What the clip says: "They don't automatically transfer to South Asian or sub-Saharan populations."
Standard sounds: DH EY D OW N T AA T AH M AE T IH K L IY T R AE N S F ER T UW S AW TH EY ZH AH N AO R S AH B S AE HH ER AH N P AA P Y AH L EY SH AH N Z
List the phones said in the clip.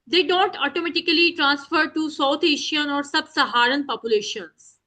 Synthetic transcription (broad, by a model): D EY D OW N T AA T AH M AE T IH K L IY T R AE N S F ER T UW S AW T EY SH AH N AO R S AH B S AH HH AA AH N P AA P Y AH L EY SH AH N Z